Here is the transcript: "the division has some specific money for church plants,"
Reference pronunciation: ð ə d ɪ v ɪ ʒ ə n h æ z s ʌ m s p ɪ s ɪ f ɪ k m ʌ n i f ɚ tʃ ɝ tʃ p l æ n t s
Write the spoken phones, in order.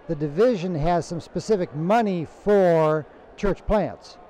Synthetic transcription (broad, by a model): ð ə d ɪ v ɪ ʒ ə n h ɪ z s ʌ m s p ɪ s ɪ f ɪ k m ʌ n i f ɚ tʃ ɝ tʃ p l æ n t s